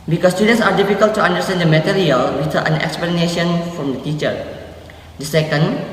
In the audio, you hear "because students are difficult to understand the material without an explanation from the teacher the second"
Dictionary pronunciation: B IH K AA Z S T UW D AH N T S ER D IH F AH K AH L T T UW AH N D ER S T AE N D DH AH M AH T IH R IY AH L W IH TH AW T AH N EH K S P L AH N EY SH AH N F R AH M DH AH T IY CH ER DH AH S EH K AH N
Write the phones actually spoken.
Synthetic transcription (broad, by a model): B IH K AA S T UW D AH N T S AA D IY F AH K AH L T T UW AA N D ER S T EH N D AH M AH T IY R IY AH L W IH T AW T AH N EH K S P L AH N EY SH AH N F R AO M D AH T IY CH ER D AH S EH K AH N